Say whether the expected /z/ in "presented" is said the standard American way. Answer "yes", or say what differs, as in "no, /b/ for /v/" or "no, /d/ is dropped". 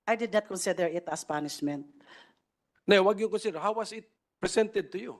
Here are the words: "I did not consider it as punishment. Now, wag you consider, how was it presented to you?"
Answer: no, /s/ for /z/